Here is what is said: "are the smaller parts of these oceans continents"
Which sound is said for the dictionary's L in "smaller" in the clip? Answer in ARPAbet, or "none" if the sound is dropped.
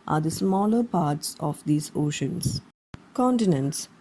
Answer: L